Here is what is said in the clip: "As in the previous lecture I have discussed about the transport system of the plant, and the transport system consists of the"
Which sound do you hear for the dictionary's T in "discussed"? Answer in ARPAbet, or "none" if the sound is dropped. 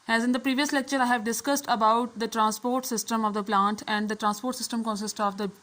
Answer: T